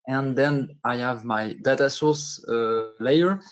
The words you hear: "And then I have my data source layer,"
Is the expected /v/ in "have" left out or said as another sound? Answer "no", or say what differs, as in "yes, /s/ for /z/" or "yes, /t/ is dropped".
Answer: no